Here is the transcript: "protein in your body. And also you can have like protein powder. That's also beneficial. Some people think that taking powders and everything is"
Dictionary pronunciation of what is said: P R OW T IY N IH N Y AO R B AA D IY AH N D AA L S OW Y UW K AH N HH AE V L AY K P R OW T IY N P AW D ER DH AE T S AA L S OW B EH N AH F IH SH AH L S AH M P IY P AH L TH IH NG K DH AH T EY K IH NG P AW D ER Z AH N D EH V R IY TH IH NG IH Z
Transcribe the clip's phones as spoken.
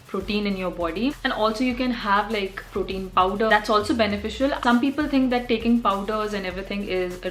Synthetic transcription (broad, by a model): P R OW T IY N IH N Y AO R B AA D IY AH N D AA L S OW Y UW K AH N HH AE V L AY K P R OW T IY N P AW D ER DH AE T S AA L S OW B EH N AH F IH SH AH L S AH M P IY P AH L T IH NG K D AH T EY K IH NG P AW D ER Z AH N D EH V R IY T IH NG IH Z